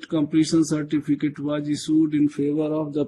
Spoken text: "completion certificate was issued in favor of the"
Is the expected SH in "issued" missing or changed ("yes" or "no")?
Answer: yes